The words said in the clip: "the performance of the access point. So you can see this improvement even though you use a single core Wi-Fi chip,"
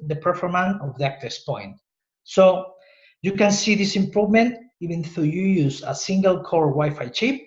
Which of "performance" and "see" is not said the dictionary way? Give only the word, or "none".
performance